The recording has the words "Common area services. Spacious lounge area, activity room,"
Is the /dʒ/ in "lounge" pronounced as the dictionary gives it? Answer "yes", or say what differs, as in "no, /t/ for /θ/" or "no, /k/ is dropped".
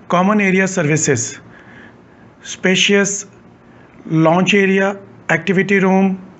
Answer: no, /tʃ/ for /dʒ/